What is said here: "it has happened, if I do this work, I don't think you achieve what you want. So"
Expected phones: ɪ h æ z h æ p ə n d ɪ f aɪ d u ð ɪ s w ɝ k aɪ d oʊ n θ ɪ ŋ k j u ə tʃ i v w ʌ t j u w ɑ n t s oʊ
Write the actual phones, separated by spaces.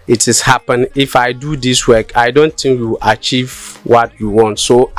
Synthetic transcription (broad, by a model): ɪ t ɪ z h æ p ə n ɪ f aɪ d u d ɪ s w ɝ k aɪ d oʊ n t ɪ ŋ k j u ə tʃ i v w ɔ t j u w ɑ n t s oʊ